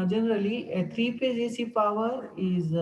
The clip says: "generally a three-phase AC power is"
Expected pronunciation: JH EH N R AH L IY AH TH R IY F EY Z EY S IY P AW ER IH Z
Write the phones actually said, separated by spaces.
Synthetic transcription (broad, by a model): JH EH N R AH L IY AH T R IY P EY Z EY S IY P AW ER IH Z